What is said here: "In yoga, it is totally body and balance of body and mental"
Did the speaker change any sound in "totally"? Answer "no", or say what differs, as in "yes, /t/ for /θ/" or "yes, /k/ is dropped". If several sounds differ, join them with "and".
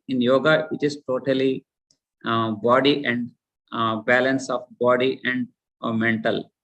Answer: no